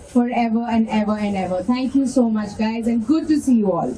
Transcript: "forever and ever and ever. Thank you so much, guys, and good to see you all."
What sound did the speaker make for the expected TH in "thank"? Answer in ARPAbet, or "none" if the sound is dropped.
T